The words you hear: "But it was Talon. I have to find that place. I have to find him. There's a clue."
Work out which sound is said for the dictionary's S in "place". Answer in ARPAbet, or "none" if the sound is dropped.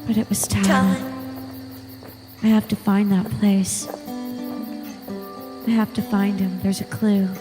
S